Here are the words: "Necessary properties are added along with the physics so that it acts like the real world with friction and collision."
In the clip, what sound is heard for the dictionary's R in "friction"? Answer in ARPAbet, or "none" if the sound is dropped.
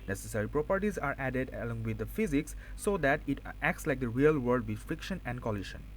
R